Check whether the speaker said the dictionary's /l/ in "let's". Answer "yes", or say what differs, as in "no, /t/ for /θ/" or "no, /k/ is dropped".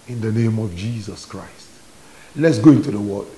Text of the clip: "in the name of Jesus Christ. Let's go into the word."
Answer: yes